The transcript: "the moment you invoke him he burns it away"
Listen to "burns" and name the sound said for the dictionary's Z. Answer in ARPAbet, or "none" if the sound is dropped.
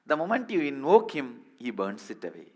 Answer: S